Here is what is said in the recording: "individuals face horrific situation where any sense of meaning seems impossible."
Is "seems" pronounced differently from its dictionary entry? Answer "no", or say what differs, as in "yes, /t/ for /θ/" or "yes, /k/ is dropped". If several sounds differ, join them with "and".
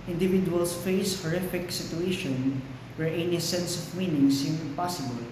yes, /z/ is dropped